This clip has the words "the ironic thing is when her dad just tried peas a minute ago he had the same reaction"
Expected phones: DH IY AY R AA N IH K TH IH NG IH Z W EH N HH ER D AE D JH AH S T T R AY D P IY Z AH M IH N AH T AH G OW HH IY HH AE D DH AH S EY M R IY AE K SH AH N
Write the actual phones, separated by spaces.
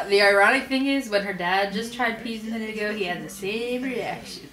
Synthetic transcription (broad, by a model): DH IY AY R AA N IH K TH IH NG IH Z W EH N ER D AE D JH AH S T T R AY D P IY Z AH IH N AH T AH G OW HH IY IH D DH AH S EY M R IY AE K SH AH N